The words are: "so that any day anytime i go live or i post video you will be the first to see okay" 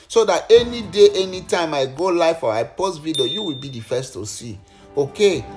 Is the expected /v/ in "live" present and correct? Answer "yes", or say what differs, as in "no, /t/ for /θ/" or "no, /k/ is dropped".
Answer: no, /f/ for /v/